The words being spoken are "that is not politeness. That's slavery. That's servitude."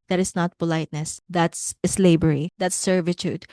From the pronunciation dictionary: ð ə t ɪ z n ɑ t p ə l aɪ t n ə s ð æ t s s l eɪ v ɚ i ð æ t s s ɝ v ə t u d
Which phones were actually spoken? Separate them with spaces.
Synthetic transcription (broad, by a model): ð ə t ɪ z n ɑ t p ə l aɪ t n ə s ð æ t s s l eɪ b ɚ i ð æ t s s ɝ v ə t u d